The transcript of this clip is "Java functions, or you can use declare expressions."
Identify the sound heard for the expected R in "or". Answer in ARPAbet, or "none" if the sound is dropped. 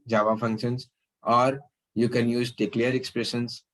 R